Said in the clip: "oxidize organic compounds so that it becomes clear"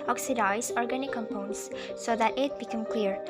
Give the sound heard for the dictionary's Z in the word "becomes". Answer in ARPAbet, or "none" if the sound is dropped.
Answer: none